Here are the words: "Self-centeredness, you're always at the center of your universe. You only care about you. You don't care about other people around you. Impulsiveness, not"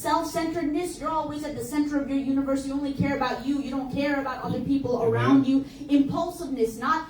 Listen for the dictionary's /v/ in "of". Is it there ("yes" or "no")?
yes